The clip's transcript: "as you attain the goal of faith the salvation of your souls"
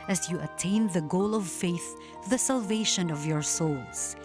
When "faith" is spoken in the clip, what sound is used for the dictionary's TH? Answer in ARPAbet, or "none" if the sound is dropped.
TH